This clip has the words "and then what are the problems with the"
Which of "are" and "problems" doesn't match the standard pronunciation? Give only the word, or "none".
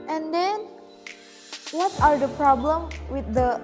problems